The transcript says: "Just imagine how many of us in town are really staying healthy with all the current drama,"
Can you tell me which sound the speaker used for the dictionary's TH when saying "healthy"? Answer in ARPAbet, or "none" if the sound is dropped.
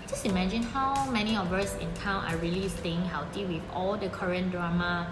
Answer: T